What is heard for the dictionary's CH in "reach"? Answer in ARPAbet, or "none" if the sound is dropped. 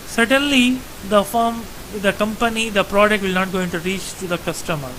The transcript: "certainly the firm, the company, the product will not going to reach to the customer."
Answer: CH